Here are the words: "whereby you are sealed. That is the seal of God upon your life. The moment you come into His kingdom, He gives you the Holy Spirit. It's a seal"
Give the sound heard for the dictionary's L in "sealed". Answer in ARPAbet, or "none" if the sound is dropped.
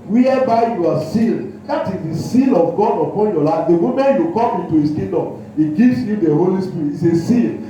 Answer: L